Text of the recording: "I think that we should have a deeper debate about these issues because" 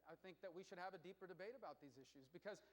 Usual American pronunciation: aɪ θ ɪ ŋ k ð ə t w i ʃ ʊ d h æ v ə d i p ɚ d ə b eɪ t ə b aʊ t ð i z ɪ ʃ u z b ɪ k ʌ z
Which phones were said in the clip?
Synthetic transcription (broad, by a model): aɪ θ ɪ ŋ k ð ə t w i ʃ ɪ d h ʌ v ə d i p ɚ d ə b eɪ t ə b aʊ t ð i z ɪ ʃ u z b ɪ k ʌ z